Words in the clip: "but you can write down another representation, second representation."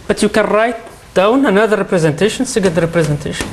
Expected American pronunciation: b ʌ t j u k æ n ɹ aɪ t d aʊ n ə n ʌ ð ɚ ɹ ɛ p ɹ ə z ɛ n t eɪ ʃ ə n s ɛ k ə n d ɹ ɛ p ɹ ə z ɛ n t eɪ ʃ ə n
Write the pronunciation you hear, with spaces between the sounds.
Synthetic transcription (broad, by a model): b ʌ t j u k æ n ɹ aɪ t d aʊ n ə n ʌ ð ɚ ɹ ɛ p ɹ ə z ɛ n t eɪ ʃ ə n s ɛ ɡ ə l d ɹ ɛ p ɹ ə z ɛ n t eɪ ʃ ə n